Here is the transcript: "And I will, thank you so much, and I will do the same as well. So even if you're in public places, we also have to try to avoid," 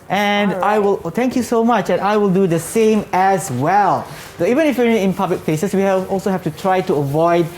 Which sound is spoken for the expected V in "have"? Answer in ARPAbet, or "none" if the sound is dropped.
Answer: F